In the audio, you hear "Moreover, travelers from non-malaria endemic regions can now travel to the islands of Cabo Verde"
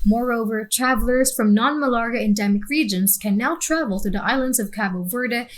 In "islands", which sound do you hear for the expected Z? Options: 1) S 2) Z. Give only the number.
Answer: 2